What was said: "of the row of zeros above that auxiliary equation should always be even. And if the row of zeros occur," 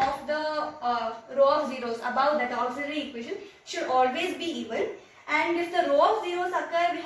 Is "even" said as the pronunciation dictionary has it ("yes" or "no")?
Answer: no